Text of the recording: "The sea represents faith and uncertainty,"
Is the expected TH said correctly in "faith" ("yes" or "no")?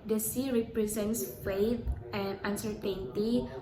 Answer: no